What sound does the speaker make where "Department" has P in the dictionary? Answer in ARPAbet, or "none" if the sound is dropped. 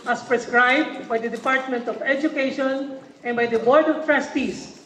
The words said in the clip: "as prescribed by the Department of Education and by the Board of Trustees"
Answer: P